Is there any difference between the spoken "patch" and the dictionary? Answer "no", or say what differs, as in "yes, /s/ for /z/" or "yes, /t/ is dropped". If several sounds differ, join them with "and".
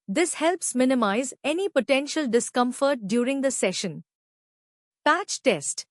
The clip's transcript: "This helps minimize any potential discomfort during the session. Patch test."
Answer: no